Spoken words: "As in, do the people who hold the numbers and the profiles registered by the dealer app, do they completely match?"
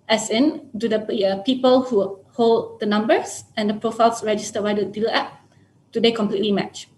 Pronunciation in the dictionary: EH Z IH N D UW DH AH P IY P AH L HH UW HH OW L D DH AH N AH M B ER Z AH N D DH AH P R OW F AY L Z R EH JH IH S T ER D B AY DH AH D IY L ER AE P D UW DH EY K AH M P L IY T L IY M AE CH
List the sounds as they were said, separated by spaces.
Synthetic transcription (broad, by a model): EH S IH N D UW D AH P IY P AH L HH UW HH OW L D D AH N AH M B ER S AH N D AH P R OW F AY L S R EH JH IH S T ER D B AY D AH D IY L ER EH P D UW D EY K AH M P L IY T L IY M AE CH